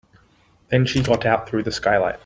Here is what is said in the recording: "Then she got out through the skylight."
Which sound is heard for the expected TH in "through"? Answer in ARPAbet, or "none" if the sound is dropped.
TH